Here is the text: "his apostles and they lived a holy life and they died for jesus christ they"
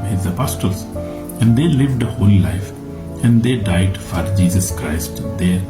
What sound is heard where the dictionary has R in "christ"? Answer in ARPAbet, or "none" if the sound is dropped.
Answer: R